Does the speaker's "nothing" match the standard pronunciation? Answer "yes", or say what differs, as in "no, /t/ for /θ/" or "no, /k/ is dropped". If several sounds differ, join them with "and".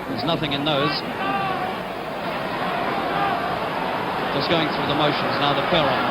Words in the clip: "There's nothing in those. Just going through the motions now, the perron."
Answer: yes